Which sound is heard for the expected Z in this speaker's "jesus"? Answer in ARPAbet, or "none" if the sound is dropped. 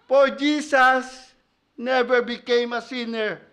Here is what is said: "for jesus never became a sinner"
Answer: S